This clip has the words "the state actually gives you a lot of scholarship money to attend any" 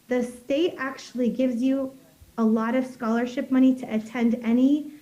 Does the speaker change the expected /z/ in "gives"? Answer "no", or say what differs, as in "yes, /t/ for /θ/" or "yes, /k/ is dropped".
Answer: no